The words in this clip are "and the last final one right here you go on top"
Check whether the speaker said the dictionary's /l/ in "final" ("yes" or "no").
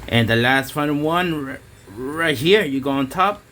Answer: no